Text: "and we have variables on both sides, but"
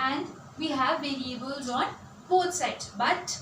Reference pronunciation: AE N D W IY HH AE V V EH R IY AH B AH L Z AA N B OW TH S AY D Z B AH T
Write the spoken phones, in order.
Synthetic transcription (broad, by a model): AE N D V IY HH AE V V EH R IY AH B AH L Z AA N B OW T S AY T B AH T